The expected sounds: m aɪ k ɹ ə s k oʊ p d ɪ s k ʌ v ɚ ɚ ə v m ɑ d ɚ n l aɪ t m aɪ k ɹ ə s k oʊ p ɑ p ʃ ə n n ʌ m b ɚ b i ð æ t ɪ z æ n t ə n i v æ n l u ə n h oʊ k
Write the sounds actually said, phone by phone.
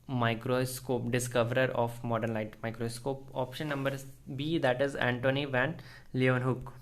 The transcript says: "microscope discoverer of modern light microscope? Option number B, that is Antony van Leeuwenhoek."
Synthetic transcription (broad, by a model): m aɪ k ɹ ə s k oʊ p d ɪ s k ʌ v ɚ ɚ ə f m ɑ d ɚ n l aɪ t m aɪ k ɹ ə s k oʊ p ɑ p ʃ ə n n ʌ m b ɚ b i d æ t ɪ z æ n t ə n i v æ n l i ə n h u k